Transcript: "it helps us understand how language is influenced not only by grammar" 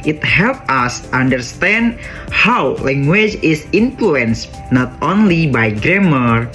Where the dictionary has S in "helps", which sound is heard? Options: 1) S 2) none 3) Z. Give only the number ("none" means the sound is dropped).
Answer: 2